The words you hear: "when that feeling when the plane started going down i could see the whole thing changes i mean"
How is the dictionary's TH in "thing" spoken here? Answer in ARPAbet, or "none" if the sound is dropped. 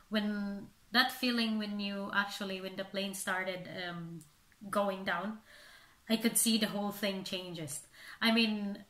TH